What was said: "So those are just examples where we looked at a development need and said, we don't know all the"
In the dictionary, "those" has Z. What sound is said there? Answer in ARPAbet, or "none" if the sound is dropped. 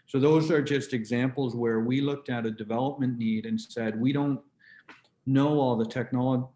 Z